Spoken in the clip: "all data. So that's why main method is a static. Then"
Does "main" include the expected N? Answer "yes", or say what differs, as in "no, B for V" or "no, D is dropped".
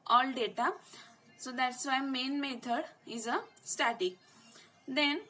yes